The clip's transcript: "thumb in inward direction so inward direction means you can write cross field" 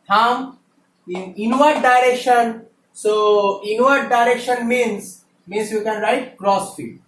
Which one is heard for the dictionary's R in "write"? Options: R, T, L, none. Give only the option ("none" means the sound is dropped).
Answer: R